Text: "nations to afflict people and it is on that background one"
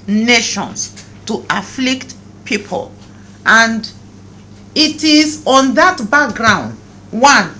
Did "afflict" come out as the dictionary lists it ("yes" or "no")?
yes